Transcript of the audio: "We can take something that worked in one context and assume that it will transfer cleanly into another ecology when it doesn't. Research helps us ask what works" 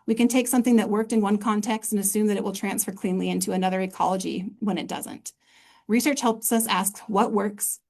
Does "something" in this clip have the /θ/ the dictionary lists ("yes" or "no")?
yes